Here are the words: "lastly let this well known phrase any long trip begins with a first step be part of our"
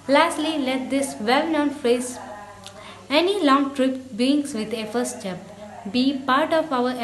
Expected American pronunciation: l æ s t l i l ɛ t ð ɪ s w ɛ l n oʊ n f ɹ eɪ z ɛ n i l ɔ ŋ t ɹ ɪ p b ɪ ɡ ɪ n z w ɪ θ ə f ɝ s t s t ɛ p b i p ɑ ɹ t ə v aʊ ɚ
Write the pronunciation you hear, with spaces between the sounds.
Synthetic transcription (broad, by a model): l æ s t l i l ɛ t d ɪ s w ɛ l n oʊ n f ɹ eɪ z ɛ n i l ɔ ŋ t ɹ ɪ p b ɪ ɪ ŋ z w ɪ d ə f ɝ t s t ɛ p b i p ɑ ɹ t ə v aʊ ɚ